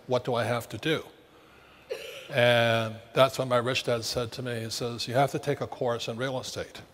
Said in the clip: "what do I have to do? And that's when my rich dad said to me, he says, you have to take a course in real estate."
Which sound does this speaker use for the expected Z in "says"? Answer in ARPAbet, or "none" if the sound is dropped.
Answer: Z